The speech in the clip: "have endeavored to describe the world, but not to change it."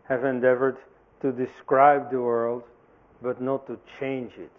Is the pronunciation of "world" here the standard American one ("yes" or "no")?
yes